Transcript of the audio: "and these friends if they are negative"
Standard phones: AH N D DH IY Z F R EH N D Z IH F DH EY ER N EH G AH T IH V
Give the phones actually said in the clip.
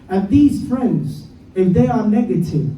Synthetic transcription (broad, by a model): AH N DH IY Z F R EH N D Z IH F DH EY ER N EH G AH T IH V